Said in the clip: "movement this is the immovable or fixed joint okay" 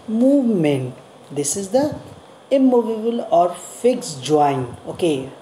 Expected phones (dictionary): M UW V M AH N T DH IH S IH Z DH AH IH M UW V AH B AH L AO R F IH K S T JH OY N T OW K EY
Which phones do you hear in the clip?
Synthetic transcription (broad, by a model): M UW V M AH N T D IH S IH Z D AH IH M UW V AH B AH L AO R F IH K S JH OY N OW K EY